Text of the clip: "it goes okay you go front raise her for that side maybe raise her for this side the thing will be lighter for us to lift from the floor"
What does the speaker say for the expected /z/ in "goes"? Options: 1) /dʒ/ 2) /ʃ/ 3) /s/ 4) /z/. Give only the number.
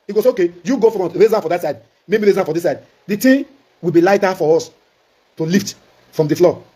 3